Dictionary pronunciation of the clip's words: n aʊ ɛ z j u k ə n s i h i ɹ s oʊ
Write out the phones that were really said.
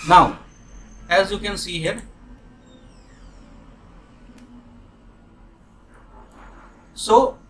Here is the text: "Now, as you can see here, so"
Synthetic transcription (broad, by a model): n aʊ ɛ z j u k ə n s i h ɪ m s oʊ